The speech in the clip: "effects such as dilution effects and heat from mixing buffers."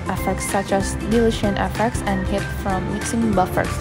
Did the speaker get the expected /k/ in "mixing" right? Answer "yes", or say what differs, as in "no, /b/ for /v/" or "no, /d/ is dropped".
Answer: yes